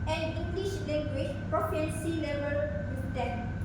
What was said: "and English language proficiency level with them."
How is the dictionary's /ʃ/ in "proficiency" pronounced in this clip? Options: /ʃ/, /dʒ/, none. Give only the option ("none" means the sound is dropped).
none